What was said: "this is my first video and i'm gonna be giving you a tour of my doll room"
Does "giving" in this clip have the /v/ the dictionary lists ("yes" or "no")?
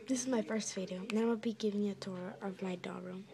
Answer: yes